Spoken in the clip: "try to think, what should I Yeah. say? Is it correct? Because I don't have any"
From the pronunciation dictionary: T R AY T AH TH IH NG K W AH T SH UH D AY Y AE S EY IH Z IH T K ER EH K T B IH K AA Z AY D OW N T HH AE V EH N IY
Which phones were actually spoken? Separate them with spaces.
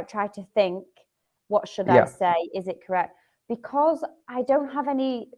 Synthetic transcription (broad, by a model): T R AY T AH TH IH NG K W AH T SH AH D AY S EY IH Z IH T K ER EH K T B IH K AA Z AY D OW N T HH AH V EH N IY